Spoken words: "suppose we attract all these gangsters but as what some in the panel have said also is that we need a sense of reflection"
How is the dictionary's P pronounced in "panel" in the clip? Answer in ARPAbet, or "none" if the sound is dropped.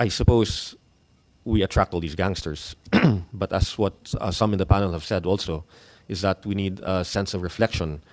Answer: P